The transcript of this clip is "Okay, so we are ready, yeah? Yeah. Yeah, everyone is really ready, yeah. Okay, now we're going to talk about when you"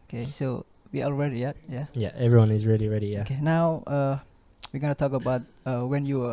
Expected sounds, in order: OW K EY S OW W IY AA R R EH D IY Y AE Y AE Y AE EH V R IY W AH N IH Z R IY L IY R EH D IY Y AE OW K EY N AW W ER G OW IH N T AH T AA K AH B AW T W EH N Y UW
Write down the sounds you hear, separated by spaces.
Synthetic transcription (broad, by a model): OW K EY S OW W IY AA L R EH D IY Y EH Y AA Y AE EH V R IY W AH N IH Z R IY L IY R EH D IY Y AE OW K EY N AW W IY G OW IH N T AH T AA K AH B AW T W EH N Y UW